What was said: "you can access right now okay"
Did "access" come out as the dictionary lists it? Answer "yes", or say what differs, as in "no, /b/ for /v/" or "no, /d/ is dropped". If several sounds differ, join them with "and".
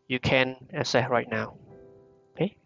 no, /k/ is dropped